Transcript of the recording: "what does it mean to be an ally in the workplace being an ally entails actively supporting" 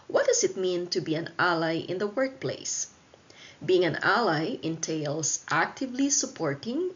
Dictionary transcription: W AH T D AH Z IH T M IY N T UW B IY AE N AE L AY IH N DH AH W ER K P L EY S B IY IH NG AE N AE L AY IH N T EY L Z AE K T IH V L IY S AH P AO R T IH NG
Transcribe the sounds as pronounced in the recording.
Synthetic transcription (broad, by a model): W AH T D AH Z IH T M IY N T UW B IY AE N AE L AY IH N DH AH W ER K P L EY S B IY IH NG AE N AE L AY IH N T EY L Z AE K T IH V L IY S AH P AO R T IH NG